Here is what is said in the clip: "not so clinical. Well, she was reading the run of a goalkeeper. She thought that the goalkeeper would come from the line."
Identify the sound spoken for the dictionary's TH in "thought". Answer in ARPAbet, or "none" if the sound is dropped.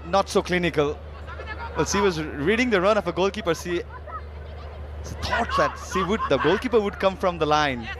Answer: T